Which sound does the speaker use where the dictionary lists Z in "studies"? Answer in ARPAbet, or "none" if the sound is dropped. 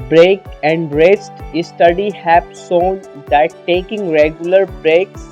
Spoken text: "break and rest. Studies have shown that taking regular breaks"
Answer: none